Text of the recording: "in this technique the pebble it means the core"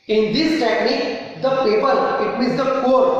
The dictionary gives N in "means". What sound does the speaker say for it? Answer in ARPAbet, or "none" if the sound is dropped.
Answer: none